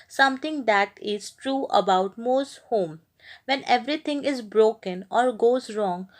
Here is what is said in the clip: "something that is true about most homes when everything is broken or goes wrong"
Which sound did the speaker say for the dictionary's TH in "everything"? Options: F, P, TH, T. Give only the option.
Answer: T